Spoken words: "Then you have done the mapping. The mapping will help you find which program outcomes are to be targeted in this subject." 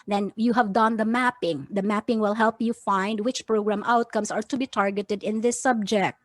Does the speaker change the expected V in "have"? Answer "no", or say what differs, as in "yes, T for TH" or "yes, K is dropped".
no